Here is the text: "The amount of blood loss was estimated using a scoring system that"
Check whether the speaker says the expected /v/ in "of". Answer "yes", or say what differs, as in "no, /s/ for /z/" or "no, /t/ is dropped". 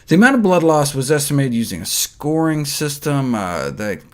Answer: yes